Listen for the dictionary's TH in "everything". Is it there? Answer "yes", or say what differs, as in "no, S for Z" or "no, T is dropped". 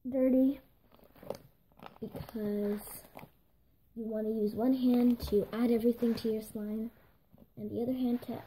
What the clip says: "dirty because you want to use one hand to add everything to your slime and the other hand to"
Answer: yes